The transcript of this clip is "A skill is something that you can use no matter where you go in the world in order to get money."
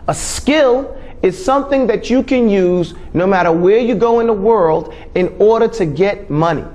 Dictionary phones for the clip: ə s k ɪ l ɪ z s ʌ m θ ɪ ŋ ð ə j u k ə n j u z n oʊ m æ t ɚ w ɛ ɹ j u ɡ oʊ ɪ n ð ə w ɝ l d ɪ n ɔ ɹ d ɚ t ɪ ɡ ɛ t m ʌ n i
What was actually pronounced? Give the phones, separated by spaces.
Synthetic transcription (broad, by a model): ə s k ɪ l ɪ z s ʌ m θ ɪ ŋ ð ə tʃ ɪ k ə n j u z n oʊ m æ t ɚ w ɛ ɹ j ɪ ɡ oʊ ɪ n ð ə w ɝ l d ɪ n ɔ ɹ d ɚ t ɪ ɡ ɛ t m ʌ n i